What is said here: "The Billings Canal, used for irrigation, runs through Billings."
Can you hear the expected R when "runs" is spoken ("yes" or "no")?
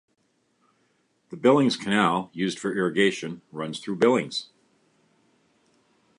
yes